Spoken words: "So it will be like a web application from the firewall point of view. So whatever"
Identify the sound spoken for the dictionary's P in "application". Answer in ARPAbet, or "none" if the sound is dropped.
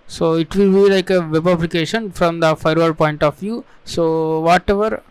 B